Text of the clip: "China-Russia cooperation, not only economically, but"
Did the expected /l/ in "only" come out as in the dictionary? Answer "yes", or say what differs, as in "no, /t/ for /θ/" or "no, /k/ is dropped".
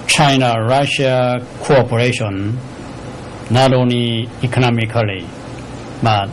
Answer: no, /l/ is dropped